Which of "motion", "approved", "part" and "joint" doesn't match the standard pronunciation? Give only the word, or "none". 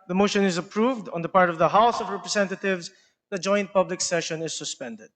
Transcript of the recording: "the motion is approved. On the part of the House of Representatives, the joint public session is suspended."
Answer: none